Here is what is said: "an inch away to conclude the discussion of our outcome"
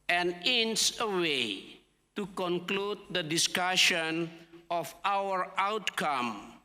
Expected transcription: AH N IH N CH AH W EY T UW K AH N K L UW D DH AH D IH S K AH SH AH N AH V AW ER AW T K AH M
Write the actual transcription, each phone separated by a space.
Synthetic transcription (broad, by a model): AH N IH N S AH W EY T UW K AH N K L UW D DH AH D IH S K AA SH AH N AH F AW ER AW T K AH M